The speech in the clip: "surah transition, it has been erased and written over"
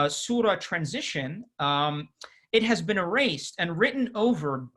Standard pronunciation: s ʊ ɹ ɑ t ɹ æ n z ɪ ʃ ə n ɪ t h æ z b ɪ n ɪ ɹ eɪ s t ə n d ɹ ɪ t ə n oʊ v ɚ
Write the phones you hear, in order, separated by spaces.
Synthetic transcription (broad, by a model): s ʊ ɹ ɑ t ɹ æ n z ɪ ʃ ə n ɪ t h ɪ z b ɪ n ɪ ɹ eɪ s t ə n ɹ ɪ t n oʊ v ɚ